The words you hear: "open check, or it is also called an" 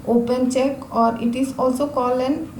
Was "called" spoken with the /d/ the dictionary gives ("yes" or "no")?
no